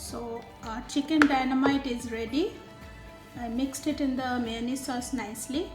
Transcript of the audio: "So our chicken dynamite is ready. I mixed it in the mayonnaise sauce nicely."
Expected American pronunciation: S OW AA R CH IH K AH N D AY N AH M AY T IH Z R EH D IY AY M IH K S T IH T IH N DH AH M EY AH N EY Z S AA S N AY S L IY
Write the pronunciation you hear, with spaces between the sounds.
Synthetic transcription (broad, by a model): S OW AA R CH IH K AH N D AY N AH M AY T IH Z R EH D IY AY M IH K S T IH T IH N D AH M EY N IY S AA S N AY S L IY